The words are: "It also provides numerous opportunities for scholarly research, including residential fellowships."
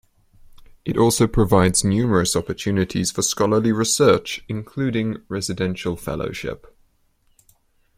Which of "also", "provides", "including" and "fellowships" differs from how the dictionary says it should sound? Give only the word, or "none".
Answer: fellowships